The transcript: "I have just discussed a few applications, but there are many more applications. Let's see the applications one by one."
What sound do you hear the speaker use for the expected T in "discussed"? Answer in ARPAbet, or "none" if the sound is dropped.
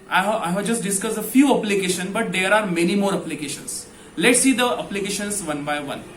none